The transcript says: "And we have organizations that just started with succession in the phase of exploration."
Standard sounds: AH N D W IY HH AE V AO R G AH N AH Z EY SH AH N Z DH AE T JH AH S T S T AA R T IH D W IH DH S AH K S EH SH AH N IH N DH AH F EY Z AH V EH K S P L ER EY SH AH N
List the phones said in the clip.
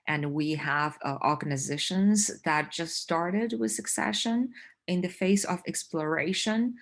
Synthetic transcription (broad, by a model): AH N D W IY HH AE V AO R G AH N AH Z EY SH AH N Z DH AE T JH AH S T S T AA R T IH D W IH DH S AH K S EH SH AH N IH N DH AH F EY S AH V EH K S P L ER EY SH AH N